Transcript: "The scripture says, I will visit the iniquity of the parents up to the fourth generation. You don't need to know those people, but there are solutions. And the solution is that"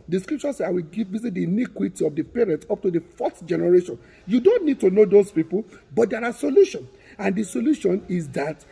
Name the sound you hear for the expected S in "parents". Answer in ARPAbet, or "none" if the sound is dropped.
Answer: none